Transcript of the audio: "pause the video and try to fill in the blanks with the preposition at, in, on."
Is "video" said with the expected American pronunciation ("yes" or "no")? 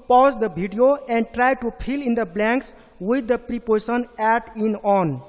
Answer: no